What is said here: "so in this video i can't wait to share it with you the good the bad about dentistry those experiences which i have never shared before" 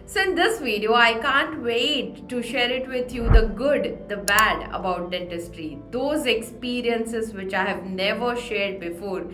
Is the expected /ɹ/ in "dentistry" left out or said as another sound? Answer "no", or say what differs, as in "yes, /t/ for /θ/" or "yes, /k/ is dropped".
no